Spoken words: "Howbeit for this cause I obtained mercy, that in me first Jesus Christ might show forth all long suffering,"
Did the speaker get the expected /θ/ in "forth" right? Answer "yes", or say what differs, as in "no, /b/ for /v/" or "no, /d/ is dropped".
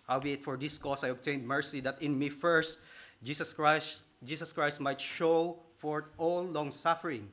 no, /t/ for /θ/